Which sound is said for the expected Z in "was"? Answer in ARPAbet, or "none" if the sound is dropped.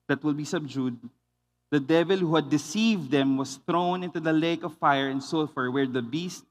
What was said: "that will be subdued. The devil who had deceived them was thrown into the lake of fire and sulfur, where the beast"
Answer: S